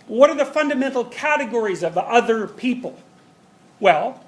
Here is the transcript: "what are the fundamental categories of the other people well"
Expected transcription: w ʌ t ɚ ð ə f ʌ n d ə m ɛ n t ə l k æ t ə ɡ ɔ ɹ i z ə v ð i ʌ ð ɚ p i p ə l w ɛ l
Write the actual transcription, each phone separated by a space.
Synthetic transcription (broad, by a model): w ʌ t ɚ ð ə f ʌ n d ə m ɛ n t l k æ t ə ɡ ɔ ɹ i z ə v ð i ʌ ð ɚ p i p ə l w ɛ l